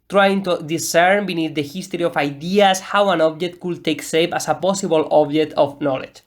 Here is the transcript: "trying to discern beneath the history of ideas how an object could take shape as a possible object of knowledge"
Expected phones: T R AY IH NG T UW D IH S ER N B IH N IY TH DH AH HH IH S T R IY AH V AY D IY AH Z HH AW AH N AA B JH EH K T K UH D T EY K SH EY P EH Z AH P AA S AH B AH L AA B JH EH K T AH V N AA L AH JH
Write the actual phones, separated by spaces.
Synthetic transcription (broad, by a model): T R AY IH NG T UW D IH S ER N B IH N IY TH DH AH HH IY S T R IY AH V AY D IY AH S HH AW AH N AA B JH EH K T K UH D T EY K S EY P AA S AH P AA S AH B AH L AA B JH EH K T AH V N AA L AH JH